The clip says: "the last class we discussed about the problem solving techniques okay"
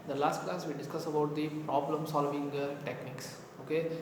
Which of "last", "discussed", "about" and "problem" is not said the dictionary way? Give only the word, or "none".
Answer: discussed